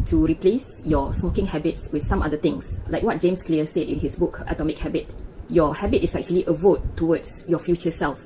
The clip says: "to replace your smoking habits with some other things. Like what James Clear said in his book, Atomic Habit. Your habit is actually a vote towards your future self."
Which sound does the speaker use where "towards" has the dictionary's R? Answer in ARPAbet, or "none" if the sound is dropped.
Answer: W